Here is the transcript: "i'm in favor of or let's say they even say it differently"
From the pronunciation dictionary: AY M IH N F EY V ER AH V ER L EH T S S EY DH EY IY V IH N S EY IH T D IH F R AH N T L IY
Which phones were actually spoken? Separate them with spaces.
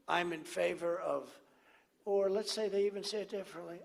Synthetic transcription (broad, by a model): AY M IH N F EY V ER AH V ER L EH T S S EY DH EY IY V IH N S EY IH T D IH F R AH N T L IY